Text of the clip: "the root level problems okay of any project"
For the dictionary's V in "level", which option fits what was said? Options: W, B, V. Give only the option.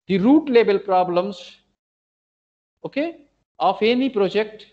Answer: B